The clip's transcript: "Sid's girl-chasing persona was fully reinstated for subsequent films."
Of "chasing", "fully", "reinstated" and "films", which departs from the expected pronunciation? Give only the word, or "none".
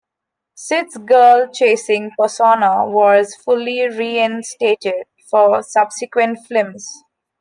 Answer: films